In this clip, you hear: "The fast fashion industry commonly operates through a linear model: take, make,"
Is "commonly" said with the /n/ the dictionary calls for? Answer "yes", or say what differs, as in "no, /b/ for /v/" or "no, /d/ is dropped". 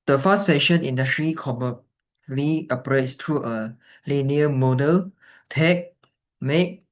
no, /n/ is dropped